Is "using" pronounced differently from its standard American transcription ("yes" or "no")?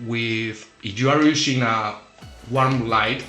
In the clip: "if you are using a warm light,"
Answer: yes